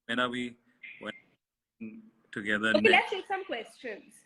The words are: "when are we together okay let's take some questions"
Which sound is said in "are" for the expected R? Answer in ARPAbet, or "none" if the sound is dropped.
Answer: W